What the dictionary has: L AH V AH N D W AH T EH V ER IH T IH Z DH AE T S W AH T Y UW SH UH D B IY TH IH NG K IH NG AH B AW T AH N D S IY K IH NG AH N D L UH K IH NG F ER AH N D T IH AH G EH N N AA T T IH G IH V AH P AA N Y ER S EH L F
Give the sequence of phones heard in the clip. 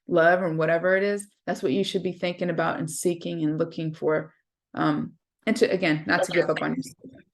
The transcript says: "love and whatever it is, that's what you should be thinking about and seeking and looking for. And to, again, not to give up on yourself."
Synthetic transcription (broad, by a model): L AH V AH N W AH T EH V ER IH T IH Z DH AE T S W AH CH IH SH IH D B IY TH IH NG K IH NG AH B AW T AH N S IY K IH NG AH N L UH K IH NG F ER AH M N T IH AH G EH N N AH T T IH G IH V AH P N Y ER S